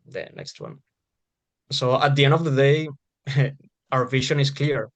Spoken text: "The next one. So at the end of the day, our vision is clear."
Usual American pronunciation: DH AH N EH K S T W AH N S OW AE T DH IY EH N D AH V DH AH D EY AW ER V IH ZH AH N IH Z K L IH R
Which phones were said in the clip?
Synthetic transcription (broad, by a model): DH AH N EH K S T W AH N S OW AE T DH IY EH N D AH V DH AH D EY AW ER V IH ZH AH N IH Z K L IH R